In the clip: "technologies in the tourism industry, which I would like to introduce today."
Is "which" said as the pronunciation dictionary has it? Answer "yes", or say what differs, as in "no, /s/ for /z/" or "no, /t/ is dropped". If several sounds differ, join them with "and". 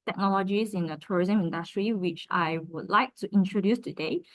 yes